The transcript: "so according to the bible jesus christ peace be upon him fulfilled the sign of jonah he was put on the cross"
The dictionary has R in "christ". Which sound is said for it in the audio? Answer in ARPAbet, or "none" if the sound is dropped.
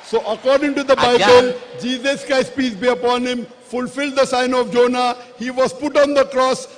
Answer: none